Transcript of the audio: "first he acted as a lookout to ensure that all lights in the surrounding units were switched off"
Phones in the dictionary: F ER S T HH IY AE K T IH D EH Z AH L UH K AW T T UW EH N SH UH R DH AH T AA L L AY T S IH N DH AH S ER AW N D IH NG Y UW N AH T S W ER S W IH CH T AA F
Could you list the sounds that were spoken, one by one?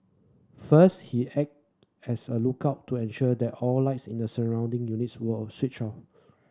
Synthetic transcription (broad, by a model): F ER S T HH IY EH K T EH S AH L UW K AW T T UW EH N SH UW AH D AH T AA L L AY T S IH N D AH S ER AW N D IH NG Y UW N AH T S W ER S W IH CH AA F